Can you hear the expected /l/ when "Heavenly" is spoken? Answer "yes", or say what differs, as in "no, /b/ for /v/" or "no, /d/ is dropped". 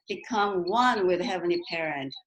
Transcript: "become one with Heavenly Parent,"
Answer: no, /l/ is dropped